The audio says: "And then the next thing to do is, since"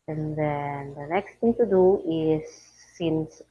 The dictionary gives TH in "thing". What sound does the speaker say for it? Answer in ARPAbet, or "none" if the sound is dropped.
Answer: T